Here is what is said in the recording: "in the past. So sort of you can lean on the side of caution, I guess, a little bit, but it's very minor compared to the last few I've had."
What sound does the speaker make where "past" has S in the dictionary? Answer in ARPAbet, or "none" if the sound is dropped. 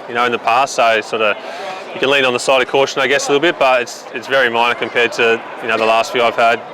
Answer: S